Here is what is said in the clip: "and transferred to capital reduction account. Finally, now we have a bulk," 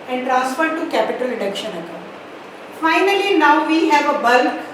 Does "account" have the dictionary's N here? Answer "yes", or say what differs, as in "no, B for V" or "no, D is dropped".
no, N is dropped